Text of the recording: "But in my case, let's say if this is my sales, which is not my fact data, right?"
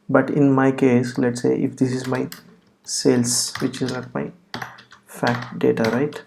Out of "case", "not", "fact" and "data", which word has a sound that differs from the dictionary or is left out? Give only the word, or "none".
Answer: not